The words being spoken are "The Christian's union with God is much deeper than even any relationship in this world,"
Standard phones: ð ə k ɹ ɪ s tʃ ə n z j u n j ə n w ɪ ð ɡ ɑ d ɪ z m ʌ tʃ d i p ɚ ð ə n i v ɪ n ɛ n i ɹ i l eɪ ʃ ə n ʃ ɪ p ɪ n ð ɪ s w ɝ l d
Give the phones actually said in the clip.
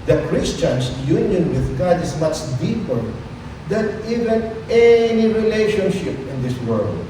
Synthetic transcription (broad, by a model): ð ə k ɹ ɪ s tʃ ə n s j u n j ə n w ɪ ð ɡ ɑ d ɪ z m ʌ tʃ d i p ɚ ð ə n i v ɪ n ɛ n i ɹ i l eɪ ʃ ə n ʃ ɪ p ɪ n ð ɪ s w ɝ l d